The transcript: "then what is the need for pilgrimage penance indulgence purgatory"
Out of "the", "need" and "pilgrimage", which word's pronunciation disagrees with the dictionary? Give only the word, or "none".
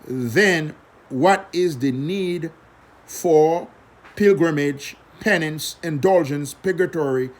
none